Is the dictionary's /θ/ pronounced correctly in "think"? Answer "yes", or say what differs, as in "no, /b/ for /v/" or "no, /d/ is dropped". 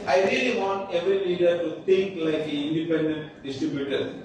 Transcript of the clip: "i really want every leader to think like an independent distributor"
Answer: no, /t/ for /θ/